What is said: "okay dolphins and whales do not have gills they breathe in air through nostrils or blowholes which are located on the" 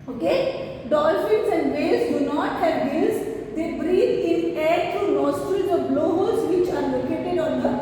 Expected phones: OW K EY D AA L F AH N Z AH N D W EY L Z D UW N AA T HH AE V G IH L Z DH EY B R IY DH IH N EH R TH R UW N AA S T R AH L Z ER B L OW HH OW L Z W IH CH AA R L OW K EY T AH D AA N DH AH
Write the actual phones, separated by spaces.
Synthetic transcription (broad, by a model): OW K EY D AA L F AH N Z AH N D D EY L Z D UW N AA T HH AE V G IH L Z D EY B R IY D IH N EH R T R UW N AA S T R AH Z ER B L OW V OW Z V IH CH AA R L OW K EY T AH D AA N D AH